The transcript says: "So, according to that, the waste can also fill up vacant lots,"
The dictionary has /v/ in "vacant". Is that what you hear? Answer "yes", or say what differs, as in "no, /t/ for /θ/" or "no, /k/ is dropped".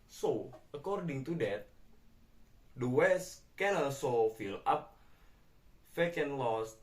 no, /f/ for /v/